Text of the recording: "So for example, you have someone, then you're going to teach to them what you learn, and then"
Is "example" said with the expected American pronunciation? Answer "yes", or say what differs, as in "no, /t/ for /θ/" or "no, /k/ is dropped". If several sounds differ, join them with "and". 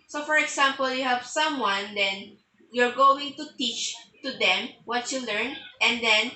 no, /s/ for /z/